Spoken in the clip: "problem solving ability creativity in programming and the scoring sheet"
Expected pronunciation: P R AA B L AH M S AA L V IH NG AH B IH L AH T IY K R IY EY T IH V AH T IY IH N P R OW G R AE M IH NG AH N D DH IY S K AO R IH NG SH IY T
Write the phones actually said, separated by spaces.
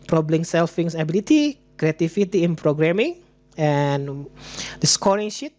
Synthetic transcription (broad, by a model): P R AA B L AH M S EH L F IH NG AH B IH L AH T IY K R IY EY T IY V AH T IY IH N P R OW G R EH M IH NG AH N D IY S K AO R IH NG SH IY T